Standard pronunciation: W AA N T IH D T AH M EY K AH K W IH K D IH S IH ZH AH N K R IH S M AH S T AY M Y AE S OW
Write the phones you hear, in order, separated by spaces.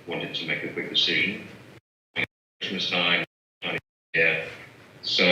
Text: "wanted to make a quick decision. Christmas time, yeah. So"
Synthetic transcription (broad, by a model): W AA N T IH D T AH M EY K AH K W IH K D IH S IH ZH AH N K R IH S M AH S T AY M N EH S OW